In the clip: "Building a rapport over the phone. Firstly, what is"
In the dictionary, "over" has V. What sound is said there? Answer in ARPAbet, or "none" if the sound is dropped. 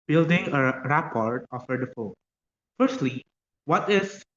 F